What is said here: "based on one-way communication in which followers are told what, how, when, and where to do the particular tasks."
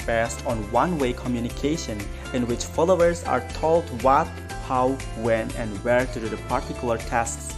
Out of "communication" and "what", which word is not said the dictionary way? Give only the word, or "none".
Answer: none